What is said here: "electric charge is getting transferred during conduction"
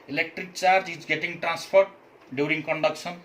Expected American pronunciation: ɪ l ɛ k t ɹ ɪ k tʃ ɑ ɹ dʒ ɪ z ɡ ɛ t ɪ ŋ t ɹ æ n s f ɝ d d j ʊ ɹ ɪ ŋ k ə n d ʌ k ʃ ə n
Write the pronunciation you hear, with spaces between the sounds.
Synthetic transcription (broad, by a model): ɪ l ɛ k t ɹ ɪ k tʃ ɑ ɹ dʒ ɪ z ɡ ɛ t ɪ ŋ t ɹ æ n s p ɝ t d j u ɹ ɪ ŋ k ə n d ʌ k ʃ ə n